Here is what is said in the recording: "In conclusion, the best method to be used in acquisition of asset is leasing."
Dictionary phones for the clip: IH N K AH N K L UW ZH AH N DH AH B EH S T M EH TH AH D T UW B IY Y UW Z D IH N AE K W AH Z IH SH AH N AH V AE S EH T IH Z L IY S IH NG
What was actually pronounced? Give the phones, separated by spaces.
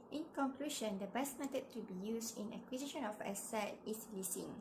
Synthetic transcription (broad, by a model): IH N K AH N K L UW SH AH N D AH B EH S T M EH T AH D T UW B IY Y UW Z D IH N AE K W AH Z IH SH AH N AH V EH S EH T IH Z L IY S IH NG